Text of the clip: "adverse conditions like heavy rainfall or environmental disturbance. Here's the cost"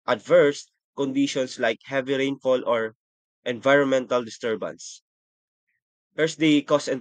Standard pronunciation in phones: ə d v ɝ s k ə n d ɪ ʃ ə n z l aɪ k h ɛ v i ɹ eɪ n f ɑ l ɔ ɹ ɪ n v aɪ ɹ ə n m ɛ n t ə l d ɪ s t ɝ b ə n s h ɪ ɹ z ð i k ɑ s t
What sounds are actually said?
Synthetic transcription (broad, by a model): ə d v ɝ s k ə n d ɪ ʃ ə n s l aɪ k h ɛ v i ɹ eɪ n f ɑ l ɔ ɹ ɪ n v aɪ ɹ ə n m ɛ n t ə l d ɪ s t ɝ b ə n s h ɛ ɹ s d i k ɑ s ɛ